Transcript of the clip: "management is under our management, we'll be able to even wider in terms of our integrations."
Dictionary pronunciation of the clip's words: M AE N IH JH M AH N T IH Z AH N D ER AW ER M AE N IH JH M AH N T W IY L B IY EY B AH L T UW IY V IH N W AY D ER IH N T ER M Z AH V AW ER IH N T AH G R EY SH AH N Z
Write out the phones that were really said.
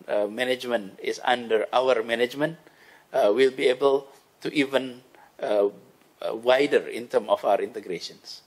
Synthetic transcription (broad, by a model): M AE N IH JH M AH N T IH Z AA N D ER AW ER M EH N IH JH M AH N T W IY L B IY EY B AH L T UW IY V IH N W AY D ER IH N T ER M AH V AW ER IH N T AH G R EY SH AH N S